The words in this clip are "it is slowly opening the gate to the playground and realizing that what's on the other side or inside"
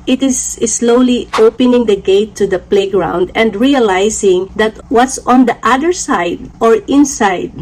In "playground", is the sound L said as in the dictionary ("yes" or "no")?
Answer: yes